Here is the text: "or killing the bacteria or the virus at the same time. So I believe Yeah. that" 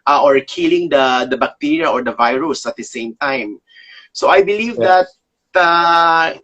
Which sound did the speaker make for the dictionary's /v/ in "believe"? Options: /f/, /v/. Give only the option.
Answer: /v/